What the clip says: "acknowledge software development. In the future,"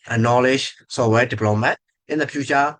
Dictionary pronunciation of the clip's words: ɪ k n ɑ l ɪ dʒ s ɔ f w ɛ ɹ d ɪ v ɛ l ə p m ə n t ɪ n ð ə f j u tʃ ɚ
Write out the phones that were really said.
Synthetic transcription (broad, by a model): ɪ n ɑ l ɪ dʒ s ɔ w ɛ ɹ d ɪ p l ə m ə t ɪ n ð ə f j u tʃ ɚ